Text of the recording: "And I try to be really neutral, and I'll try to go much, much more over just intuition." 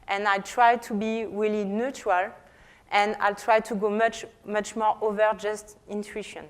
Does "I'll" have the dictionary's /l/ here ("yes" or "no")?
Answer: yes